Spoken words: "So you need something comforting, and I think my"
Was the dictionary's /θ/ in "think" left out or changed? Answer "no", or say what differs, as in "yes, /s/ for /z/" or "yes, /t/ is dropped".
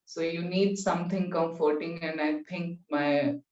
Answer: yes, /t/ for /θ/